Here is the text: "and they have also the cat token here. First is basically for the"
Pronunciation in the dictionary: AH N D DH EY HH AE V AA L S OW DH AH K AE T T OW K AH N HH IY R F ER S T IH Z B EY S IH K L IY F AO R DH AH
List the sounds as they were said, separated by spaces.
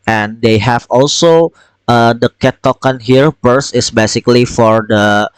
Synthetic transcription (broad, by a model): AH N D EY HH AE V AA L S OW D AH K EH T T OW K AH N HH IY R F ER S IH S B EY S IH K L IY F AO R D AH